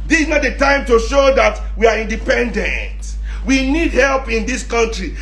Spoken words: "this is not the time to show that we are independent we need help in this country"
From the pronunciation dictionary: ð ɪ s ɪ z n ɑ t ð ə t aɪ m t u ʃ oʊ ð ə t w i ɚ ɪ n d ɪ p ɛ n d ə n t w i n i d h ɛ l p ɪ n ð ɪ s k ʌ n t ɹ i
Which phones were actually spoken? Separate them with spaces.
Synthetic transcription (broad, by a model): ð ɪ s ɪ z n ɑ t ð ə t aɪ m t u ʃ oʊ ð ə t w i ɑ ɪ n d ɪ p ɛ n d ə n t w i n i d h ɛ l p ɪ n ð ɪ s k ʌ n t ɹ i